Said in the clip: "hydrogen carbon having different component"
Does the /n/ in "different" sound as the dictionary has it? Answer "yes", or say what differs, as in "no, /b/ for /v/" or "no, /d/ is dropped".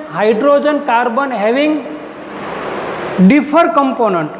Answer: no, /n/ is dropped